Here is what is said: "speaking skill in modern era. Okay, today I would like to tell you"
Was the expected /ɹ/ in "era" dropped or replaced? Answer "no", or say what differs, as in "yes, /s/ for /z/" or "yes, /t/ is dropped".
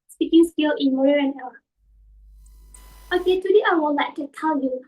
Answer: yes, /l/ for /ɹ/